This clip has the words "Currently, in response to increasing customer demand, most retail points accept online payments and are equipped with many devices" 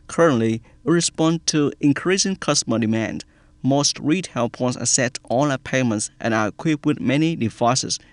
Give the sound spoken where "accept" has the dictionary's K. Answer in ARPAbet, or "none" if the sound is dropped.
none